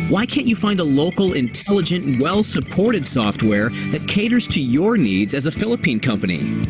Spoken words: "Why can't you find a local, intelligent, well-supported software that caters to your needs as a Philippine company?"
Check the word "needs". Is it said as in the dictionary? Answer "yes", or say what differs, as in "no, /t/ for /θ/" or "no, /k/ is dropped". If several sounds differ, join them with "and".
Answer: yes